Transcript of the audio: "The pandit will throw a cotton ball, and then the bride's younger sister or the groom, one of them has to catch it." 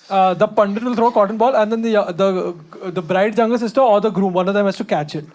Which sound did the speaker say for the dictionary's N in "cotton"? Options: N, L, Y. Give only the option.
N